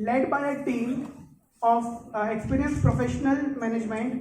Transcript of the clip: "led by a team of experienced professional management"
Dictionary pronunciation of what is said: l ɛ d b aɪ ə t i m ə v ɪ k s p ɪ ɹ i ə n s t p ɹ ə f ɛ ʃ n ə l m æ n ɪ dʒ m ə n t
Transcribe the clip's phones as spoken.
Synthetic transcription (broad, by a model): l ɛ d b aɪ ə t i m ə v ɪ k s p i ɹ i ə n s p ɹ ə f ɛ ʃ n ə l m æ n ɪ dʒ m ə n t